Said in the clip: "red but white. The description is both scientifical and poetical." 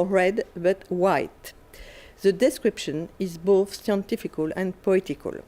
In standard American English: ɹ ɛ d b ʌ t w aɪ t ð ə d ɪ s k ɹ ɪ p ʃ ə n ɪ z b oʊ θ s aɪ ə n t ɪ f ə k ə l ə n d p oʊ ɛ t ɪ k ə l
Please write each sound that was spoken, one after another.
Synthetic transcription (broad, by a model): ɹ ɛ d b ʌ t w aɪ t ð ə d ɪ s k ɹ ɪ p ʃ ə n ɪ z b oʊ θ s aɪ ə n t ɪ f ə k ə l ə n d p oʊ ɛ t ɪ k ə l